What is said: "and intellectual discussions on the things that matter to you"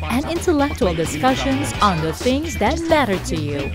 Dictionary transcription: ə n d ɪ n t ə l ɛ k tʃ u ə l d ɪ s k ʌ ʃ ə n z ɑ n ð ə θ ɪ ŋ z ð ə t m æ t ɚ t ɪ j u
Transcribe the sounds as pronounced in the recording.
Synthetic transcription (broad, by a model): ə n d ɪ n t ə l ɛ k tʃ u ə l d ɪ s k ʌ ʃ ə n z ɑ n ð ə θ ɪ ŋ z ð ə t m æ t ɚ t ɪ j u